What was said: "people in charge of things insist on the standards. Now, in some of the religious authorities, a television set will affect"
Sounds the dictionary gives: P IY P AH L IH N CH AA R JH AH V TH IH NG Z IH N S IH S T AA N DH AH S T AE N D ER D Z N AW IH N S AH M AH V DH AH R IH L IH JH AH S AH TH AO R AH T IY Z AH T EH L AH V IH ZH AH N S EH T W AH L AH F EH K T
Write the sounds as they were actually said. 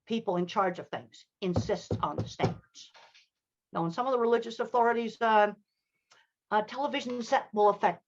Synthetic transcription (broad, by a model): P IY P L IH N CH AA R JH AH V TH IH NG Z IH N S IH S T N DH AH S T AE N D ER D Z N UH IH N S AH M AH V DH AH R IH L IH JH AH S AH TH AO R AH T IY Z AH T EH L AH V IH ZH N S EH T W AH L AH F EH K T